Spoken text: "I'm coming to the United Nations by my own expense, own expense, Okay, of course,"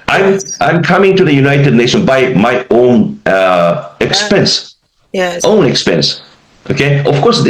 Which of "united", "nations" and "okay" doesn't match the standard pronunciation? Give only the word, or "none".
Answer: nations